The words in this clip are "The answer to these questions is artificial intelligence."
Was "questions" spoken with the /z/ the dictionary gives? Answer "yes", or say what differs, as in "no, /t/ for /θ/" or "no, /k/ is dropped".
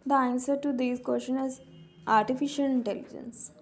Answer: no, /z/ is dropped